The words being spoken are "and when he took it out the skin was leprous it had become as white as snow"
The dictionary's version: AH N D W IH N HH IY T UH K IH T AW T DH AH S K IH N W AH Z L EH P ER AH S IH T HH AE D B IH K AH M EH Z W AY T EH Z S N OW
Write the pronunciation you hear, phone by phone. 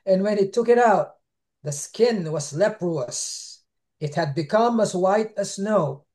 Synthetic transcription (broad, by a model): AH N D W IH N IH T UH K IH T AW T DH AH S K IH N W AH Z L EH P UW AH S IH T HH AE D B IH K AH M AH Z W AY T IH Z S N OW